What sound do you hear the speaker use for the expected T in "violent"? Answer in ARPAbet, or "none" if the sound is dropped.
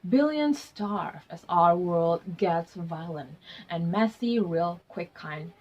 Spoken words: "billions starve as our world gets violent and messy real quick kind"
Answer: T